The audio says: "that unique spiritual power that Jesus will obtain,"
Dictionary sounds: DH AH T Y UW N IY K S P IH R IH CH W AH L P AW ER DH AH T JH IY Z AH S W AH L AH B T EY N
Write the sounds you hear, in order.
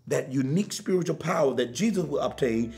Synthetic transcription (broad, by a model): DH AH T Y UW N IY K S P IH R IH CH L P AW ER DH AH T JH IY Z AH S W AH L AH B T EY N